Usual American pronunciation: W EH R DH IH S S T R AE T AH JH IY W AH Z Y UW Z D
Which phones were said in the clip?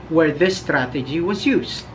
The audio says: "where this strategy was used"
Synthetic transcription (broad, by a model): W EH R DH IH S S T R AE T AH JH IY W AH Z Y UW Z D